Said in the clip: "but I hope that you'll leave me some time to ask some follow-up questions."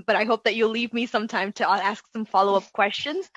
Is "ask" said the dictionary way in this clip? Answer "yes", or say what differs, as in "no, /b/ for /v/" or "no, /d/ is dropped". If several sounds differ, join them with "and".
yes